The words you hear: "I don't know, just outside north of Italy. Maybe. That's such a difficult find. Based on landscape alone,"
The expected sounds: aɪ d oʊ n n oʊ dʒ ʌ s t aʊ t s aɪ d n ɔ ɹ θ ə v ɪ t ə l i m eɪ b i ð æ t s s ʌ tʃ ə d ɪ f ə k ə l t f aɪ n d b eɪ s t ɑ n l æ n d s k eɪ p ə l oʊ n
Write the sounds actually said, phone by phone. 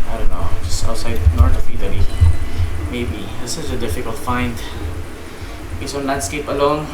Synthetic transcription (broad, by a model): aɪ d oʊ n n oʊ dʒ ʌ s t aʊ t s aɪ d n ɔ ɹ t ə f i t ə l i m eɪ b i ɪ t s s ʌ tʃ ə d ɪ f ə k ə l t f aɪ n d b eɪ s ɑ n l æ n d s k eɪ p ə l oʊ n